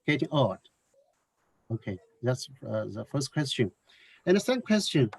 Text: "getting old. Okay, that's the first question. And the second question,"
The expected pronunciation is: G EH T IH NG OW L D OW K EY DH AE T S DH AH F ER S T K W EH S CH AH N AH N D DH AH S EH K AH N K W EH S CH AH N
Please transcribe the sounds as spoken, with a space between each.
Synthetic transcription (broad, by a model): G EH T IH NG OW D OW K EY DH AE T S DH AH F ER S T K W EH S CH AH N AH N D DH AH S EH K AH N K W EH S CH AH N